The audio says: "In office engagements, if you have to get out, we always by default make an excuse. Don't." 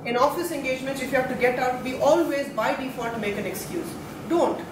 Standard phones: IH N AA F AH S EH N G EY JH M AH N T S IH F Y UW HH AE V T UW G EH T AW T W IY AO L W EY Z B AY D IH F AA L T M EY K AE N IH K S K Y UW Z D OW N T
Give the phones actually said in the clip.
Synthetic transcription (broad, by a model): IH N AA F AH S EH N G EY JH M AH N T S IH F Y UW HH AE V T UW G EH T AW T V IY AO L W EY Z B AY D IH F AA T M EY K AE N IH K S K Y UW Z D OW N T